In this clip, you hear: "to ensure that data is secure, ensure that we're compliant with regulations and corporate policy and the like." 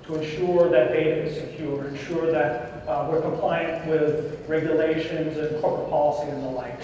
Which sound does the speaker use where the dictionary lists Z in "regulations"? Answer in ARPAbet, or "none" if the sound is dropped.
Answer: Z